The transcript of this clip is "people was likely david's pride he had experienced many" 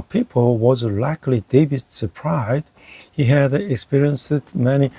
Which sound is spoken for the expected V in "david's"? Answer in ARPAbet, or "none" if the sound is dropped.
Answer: B